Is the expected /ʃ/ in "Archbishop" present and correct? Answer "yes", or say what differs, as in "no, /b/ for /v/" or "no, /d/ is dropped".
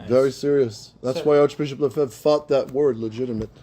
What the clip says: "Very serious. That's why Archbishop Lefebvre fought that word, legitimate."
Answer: yes